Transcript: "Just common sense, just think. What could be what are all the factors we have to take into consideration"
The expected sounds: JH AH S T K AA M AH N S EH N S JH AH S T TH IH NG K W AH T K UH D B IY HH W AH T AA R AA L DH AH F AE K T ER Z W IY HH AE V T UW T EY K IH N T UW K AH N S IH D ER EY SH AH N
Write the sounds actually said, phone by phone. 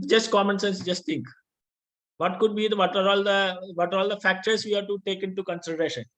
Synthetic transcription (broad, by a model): JH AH S T K AA M AH N S EH N S JH AH S T T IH NG K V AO T K UH D B IY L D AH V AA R AA L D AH F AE K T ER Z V IY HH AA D T UW T EY K IH N T UW K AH N S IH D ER EY SH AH N